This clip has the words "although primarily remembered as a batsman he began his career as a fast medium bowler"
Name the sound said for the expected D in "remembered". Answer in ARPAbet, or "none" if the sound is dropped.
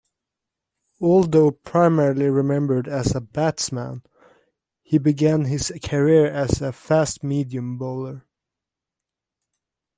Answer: D